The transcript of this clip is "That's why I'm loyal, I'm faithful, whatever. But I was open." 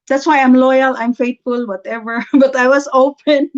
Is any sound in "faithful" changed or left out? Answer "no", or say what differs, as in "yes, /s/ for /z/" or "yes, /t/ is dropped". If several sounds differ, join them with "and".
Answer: yes, /t/ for /θ/